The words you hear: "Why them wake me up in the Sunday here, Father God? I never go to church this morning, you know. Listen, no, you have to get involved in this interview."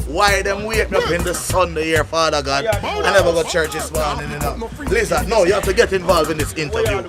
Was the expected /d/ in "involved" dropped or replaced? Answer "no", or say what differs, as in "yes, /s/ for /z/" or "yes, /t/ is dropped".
yes, /d/ is dropped